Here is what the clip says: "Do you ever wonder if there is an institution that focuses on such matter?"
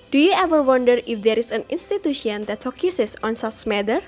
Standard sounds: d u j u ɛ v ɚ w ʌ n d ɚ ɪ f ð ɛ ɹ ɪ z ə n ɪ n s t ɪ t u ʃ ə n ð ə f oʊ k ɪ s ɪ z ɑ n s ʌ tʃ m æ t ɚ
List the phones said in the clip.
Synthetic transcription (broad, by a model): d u j u ɛ v ɚ w ʌ n d ɚ ɪ f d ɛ ɹ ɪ s ə n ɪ n s t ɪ t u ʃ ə n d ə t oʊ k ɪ s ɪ s ɑ n s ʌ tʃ m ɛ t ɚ